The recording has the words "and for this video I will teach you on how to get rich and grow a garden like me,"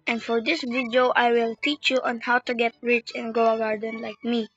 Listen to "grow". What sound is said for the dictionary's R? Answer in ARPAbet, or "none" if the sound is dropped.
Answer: none